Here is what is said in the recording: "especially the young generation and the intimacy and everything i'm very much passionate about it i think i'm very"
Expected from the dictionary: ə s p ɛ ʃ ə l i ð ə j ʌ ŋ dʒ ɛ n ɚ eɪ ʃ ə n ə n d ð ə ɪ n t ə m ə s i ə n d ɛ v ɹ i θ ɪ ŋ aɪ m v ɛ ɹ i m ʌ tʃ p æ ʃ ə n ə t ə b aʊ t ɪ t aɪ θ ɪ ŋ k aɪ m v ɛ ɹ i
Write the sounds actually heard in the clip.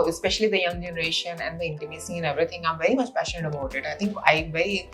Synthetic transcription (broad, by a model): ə s p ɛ ʃ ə l i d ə j ʌ ŋ dʒ ɛ n ɚ eɪ ʃ ə n ə n d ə ɪ n t ə m ə s i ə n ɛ v ɹ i t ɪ ŋ aɪ m v ɛ ɹ i m ʌ tʃ p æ ʃ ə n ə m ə ʊ t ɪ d aɪ t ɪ ŋ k aɪ v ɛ ɹ i